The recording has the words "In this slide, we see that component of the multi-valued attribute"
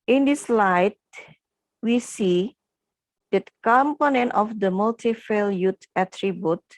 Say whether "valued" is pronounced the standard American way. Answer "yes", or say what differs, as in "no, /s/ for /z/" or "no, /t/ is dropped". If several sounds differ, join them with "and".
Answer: no, /f/ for /v/